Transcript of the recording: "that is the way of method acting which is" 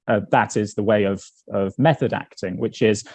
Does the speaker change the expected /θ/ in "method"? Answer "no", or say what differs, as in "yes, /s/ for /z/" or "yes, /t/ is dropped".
no